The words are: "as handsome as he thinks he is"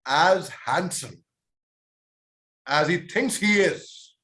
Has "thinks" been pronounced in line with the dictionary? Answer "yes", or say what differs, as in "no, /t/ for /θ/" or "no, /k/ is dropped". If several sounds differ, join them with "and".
yes